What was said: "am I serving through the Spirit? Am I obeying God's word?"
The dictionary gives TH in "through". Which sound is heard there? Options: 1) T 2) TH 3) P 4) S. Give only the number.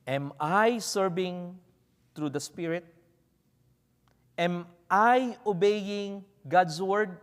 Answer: 1